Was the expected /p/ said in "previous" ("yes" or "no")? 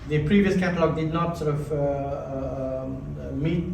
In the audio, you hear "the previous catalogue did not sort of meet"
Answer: yes